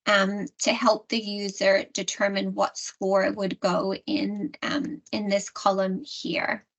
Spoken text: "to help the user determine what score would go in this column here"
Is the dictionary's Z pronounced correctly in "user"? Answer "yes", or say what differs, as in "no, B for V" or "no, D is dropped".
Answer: yes